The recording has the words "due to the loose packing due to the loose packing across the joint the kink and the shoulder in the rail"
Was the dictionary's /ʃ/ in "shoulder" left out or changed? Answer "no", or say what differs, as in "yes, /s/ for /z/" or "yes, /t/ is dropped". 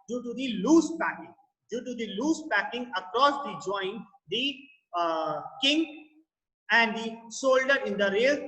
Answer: yes, /s/ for /ʃ/